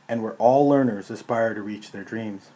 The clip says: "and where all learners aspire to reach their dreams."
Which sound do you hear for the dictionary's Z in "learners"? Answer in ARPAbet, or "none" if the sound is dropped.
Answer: Z